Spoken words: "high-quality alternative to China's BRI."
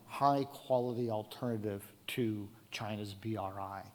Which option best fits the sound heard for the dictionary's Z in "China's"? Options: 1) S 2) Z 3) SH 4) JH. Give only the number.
2